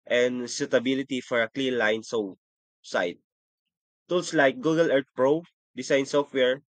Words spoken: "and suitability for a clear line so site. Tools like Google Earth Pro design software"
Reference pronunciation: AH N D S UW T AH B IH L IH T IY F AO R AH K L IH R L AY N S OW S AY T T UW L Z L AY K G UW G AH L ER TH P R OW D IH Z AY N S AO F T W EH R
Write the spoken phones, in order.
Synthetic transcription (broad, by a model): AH N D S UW T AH B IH L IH T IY F AO R AH K L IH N L AY N S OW S AY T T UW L S L AY K G UW G AH L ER T P R OW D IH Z AY N S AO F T W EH R